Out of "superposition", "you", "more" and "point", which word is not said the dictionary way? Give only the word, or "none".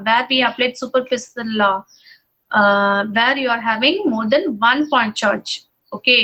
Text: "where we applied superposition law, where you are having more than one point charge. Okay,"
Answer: superposition